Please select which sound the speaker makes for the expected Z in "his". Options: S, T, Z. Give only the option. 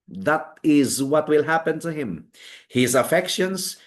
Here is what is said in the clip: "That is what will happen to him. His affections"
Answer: Z